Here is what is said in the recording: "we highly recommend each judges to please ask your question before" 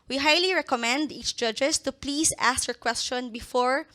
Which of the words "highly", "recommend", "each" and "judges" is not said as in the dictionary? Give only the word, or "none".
judges